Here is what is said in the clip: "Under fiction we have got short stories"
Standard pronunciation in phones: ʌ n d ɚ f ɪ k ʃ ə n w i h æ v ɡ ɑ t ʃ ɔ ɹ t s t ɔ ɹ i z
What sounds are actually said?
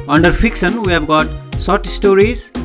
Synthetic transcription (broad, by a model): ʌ n d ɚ f ɪ k ʃ ə n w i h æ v ɡ ɑ t s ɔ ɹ t s t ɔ ɹ i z